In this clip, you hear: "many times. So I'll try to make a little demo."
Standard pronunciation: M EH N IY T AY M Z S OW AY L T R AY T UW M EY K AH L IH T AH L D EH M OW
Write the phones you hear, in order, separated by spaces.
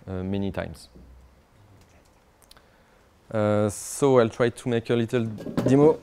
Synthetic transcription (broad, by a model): M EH N IY T AY M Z S OW AY L T R AY T UW M EY K AH L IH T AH L D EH M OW